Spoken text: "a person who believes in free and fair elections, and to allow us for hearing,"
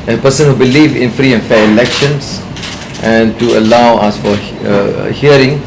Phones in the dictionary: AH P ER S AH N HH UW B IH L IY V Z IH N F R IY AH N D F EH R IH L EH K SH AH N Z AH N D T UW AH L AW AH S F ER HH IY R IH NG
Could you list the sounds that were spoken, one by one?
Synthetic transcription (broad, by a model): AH P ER S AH N HH UW B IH L IY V IH N F R IY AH N F EH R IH L EH K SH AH N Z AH N T UW AH L AW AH S F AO HH IY R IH NG